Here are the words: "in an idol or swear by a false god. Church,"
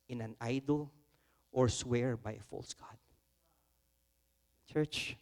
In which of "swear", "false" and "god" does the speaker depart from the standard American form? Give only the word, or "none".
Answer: none